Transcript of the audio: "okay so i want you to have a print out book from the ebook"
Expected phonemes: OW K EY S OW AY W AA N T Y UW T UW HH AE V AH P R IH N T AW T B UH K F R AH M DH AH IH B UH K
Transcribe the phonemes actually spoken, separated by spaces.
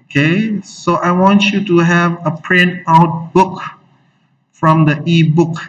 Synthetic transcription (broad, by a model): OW K EY S OW AY W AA N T Y UW T UW HH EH V AH P R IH N AW T B UH K F R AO M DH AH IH B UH K